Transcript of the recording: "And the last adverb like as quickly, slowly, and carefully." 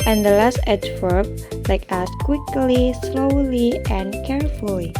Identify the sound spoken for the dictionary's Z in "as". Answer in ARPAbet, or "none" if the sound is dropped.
S